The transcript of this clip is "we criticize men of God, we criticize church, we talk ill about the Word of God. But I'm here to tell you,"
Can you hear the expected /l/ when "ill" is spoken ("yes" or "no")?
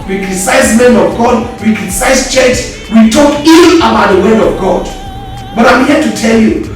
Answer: no